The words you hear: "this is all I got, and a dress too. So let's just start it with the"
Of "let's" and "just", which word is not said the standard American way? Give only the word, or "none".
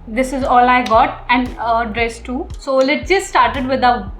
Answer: let's